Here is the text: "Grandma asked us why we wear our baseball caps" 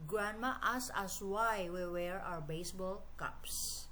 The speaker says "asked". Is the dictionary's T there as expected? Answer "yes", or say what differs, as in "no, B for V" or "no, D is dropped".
no, T is dropped